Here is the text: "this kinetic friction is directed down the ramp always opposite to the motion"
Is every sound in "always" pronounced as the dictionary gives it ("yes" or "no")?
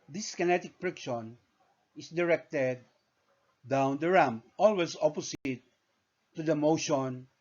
no